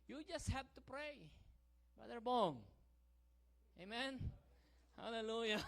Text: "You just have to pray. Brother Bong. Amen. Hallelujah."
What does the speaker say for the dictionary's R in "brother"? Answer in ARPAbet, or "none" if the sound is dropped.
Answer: none